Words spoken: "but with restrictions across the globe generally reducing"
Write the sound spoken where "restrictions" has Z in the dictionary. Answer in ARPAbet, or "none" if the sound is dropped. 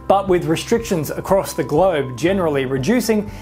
Z